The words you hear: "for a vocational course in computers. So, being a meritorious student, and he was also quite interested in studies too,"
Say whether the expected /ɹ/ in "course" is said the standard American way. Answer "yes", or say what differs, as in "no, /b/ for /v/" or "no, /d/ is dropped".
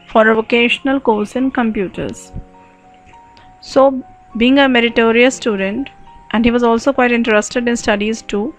no, /l/ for /ɹ/